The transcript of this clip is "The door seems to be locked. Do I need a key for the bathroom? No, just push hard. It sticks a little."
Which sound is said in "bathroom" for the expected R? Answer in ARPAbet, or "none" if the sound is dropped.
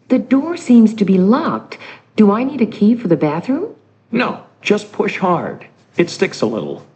R